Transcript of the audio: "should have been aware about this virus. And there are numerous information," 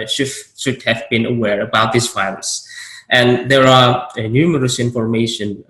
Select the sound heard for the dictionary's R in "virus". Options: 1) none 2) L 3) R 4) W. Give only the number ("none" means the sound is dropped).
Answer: 2